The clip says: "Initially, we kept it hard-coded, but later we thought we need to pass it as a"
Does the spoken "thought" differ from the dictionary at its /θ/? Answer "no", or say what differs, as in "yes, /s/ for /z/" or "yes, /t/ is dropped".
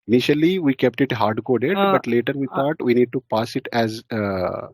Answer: yes, /t/ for /θ/